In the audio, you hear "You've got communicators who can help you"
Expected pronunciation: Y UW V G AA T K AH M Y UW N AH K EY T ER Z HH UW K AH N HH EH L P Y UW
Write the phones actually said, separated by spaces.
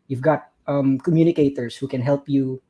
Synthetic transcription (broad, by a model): Y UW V G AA T K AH M Y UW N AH K EY T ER S HH UW K AH N HH EH L P Y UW